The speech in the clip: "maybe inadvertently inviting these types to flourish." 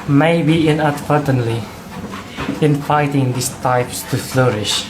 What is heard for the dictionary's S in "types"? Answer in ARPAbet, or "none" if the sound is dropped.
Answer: S